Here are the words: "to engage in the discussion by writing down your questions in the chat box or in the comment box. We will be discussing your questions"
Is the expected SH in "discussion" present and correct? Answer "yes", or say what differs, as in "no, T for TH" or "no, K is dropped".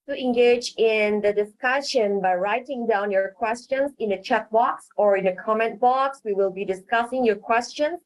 yes